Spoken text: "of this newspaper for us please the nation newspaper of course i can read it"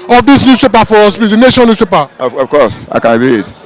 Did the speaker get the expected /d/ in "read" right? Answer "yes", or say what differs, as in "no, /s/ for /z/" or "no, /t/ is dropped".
no, /d/ is dropped